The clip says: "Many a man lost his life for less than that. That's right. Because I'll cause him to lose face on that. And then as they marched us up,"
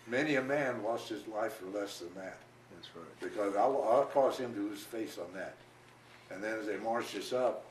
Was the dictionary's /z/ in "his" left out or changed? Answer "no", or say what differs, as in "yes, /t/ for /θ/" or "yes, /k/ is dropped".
no